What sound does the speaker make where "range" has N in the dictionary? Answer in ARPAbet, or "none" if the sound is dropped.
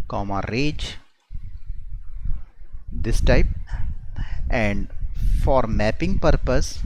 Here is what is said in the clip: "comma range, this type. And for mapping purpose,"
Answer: none